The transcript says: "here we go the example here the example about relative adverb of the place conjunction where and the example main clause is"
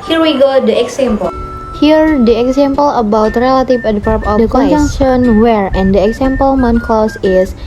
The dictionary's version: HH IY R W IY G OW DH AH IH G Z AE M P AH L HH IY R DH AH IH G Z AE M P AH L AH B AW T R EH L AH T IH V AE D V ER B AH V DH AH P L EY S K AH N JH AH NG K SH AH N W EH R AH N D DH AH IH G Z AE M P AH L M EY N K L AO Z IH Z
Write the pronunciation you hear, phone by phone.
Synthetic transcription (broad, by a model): HH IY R W IY G OW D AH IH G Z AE M P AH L HH IY R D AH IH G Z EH M P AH L AH B AW T R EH L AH T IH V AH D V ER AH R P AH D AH K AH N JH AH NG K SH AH N W EH R AH N D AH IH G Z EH M P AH L M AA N K L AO S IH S